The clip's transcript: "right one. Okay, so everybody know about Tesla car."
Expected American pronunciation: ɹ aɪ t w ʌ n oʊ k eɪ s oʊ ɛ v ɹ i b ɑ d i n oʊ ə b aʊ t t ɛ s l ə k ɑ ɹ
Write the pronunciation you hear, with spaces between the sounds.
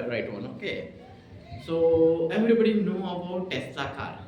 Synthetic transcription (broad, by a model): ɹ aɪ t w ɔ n oʊ k eɪ s oʊ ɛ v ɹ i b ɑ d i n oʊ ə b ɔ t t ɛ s ə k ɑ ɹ